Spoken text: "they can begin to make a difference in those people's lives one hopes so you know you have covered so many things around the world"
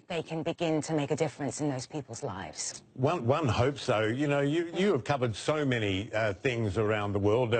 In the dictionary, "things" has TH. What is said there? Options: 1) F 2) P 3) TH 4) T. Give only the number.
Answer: 3